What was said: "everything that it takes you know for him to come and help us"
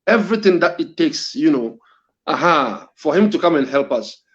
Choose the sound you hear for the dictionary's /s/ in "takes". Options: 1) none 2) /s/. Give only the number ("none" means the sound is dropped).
2